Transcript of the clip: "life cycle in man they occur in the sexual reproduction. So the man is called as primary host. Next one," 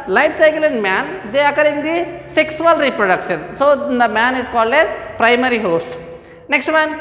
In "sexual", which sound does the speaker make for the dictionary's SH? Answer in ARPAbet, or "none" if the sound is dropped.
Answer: S